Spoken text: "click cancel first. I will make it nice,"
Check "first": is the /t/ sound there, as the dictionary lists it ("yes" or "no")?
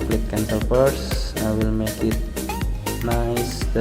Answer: no